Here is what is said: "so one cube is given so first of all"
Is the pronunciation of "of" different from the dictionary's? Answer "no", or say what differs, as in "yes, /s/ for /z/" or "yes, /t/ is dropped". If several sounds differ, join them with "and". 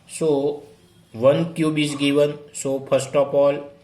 yes, /p/ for /v/